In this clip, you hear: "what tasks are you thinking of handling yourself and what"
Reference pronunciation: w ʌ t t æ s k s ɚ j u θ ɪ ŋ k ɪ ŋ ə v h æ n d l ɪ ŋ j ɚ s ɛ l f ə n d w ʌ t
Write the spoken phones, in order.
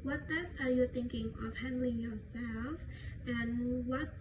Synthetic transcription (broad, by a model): w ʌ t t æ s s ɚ j u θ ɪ ŋ k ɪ ŋ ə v h æ n d l ɪ ŋ j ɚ s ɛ l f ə n w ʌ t